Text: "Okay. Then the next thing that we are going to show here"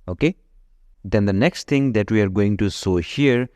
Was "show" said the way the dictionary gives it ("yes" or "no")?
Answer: no